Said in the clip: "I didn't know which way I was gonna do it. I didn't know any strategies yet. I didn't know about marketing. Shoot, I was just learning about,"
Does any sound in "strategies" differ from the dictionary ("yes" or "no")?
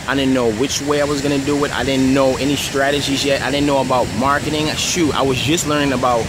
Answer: no